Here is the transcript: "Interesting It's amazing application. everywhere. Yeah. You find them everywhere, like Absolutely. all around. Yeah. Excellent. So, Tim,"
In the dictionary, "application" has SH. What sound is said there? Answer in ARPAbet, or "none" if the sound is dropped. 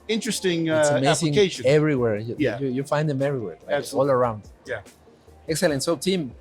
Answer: none